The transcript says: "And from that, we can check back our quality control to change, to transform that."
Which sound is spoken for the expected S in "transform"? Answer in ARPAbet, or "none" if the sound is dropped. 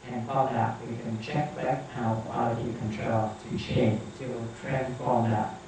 none